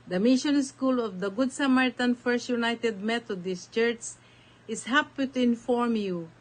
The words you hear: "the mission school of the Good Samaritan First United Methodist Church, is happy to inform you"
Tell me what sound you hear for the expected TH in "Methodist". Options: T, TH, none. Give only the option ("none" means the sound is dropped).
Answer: T